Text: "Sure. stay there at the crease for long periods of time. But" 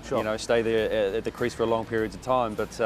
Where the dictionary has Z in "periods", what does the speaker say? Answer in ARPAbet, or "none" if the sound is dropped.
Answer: Z